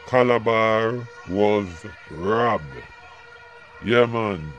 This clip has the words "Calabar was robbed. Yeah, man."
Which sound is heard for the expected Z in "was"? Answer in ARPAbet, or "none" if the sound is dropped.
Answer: Z